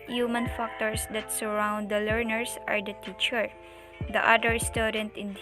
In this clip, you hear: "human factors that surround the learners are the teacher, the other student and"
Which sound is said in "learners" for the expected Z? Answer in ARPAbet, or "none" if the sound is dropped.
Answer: S